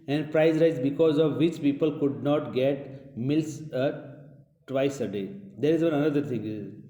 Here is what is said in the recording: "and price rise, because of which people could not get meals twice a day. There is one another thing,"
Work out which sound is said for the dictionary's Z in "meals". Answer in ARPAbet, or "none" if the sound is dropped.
S